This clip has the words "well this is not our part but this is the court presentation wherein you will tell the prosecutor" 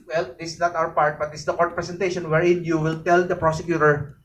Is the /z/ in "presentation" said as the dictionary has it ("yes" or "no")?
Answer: no